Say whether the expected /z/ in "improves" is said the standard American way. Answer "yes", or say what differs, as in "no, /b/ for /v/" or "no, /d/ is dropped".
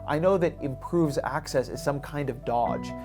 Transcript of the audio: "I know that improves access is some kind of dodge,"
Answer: yes